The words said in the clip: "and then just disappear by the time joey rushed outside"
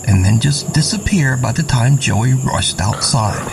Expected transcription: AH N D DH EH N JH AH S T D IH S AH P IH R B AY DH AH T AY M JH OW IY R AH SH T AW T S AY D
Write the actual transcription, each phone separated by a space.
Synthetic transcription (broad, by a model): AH N DH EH N JH AH S D IH S AH P IH R B AY DH AH T AY M JH OW IY R AH SH T AW T S AY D